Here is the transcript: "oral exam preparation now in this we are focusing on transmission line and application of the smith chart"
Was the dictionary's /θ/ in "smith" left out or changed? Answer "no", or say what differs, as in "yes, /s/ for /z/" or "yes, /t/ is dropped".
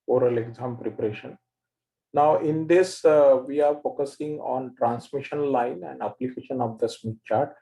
yes, /t/ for /θ/